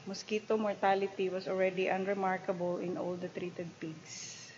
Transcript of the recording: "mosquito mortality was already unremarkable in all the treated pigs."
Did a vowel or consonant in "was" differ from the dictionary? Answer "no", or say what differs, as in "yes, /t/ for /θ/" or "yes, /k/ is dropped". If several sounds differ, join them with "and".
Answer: yes, /s/ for /z/